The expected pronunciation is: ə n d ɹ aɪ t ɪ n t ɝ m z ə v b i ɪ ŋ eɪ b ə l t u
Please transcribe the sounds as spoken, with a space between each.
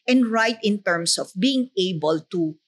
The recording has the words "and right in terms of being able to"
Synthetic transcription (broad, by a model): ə n d ɹ aɪ t ɪ n t ɝ m s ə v b i ɪ ŋ eɪ b ə l t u